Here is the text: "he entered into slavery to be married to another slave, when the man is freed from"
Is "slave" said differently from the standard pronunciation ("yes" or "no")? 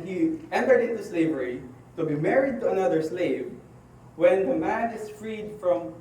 no